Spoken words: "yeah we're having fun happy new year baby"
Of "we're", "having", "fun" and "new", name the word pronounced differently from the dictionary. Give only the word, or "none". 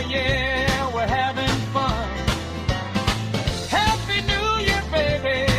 none